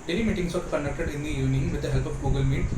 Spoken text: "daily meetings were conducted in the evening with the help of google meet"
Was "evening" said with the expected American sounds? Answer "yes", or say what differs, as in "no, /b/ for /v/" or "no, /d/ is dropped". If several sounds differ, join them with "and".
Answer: no, /v/ is dropped